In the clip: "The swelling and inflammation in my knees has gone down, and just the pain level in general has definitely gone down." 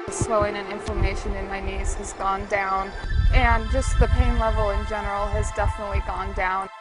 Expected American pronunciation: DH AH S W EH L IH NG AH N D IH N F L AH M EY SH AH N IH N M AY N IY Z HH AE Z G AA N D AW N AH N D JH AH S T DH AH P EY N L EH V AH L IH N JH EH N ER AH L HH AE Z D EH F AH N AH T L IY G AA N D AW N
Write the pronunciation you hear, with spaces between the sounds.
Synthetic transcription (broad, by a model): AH S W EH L IH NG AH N IH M F AH M EY SH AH N IH N M AY N IY Z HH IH Z G AA N D AW N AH N JH AH S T DH AH P EY N L EH V L IH N JH EH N ER L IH Z D EH F AH N AH T L IY G AA N D AW N